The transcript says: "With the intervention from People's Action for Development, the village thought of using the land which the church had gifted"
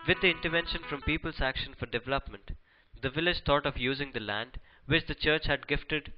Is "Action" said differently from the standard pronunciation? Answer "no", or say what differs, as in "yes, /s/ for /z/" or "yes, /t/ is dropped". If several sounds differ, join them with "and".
no